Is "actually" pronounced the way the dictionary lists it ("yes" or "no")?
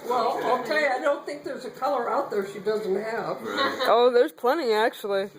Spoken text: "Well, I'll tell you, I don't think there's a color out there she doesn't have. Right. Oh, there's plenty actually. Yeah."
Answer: no